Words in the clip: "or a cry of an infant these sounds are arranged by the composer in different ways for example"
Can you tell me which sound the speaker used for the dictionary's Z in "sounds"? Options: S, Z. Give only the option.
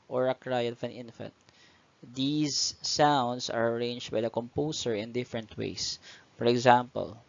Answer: S